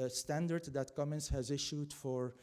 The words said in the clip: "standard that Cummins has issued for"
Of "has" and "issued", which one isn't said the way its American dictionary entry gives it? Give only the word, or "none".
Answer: none